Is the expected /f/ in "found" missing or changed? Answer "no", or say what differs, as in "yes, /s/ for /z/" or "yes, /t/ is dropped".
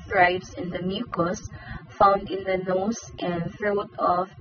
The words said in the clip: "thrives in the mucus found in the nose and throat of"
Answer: no